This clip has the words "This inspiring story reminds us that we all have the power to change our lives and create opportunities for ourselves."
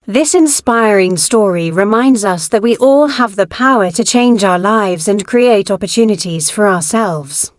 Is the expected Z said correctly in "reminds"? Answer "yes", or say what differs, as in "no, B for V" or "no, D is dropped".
yes